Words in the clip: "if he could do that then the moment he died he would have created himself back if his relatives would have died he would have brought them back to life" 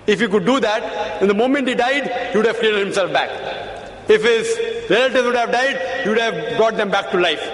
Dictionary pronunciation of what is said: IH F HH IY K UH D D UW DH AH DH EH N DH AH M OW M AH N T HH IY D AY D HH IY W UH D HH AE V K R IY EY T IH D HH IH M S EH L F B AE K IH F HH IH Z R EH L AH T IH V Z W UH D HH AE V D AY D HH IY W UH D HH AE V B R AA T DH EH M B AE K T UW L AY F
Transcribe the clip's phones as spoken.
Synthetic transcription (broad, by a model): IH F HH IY K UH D D UW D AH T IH N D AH M OW M AH N T HH IY D AY D HH IY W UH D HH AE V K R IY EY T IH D HH IH M S EH L F B AE K IH F HH IH Z R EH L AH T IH Z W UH D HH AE V D AY D HH IY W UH D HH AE V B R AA T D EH M B AE K T UW L AY F